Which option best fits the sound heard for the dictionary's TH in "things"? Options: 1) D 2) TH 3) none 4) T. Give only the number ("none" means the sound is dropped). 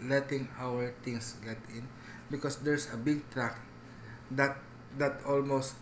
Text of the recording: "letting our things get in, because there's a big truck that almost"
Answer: 4